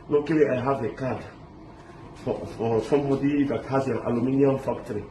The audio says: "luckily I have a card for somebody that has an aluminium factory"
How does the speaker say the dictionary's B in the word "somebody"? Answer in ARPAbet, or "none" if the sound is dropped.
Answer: none